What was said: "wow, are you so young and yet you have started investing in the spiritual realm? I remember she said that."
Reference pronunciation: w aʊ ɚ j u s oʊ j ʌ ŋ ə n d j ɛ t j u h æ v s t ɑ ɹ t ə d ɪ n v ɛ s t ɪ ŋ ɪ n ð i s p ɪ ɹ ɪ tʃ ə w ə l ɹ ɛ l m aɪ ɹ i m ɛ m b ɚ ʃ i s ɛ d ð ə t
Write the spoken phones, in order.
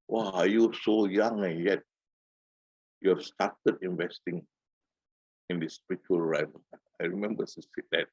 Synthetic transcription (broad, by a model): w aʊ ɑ j u s oʊ j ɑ ŋ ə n j ɛ t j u s t ɑ t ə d ɪ n v ɛ s t ɪ ŋ ɪ n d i s p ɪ ɹ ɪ tʃ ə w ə l ɹ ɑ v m aɪ ɹ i m ɛ m b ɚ s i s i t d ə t